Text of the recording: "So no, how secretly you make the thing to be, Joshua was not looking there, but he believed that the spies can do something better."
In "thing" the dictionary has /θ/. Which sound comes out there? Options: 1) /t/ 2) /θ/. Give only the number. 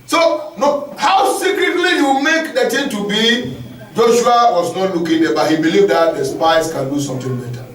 1